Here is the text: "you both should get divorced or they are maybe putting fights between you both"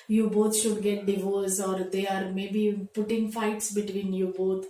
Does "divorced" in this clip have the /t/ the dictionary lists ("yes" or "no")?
no